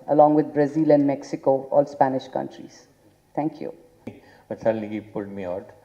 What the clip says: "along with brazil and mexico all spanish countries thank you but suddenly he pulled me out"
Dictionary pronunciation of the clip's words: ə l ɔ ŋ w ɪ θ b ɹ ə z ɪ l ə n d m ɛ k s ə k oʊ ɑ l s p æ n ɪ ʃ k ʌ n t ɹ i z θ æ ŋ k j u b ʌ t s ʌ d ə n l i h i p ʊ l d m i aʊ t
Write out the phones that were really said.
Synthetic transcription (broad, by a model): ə l ɔ ŋ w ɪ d b ɹ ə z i l ə n d m ɛ k s ə k oʊ ɑ l s p æ n ɪ ʃ k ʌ n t ɹ i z t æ ŋ k j u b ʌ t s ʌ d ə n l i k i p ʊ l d m i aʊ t